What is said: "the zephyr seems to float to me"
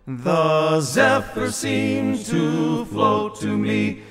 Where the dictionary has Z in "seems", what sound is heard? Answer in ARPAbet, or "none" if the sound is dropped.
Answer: none